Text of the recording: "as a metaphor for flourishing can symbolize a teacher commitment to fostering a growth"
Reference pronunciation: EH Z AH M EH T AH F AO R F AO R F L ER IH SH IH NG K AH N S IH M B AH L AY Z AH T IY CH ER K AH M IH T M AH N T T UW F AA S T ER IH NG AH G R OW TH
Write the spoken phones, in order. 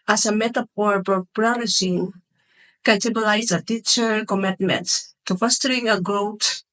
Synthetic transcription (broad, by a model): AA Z AH M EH T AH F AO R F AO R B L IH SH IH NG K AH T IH B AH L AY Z AH T IY CH ER K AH M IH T M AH N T T UW F AA S T ER IH NG AH G R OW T